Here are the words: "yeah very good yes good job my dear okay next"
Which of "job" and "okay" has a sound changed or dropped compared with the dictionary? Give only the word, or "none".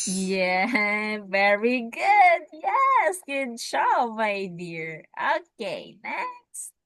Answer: job